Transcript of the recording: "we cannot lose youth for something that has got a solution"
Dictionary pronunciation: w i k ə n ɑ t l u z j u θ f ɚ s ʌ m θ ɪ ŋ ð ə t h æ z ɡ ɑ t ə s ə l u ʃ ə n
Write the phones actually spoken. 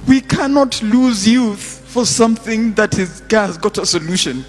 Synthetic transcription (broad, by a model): w i k ə n ɑ t l u z j u θ f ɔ s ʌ m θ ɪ ŋ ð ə t h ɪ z ɡ ɑ t ə s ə l u ʃ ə n